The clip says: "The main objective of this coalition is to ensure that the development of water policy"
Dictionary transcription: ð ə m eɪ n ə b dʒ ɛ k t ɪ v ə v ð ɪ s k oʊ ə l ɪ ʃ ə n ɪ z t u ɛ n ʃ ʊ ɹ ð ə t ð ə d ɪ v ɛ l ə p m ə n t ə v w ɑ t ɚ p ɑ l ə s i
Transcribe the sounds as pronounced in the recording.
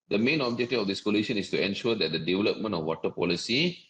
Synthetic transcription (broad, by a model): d ə m eɪ n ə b dʒ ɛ k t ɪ ə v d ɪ s k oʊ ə l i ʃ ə n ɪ s t u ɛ n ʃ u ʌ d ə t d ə d ɪ v ɛ l ə p m ə n t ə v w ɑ t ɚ p ɑ l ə s i